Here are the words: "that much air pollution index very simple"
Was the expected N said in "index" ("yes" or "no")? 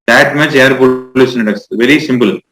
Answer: no